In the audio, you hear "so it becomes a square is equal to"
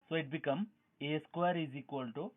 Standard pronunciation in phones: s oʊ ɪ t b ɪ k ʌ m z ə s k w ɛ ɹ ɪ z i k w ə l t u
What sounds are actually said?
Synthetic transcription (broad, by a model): s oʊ ɪ t b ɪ k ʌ m ə s k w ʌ ɹ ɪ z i k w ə l t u